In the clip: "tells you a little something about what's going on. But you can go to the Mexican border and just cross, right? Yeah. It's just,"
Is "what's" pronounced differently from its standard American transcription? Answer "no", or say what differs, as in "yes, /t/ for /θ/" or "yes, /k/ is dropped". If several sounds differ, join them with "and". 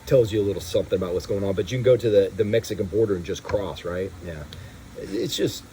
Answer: no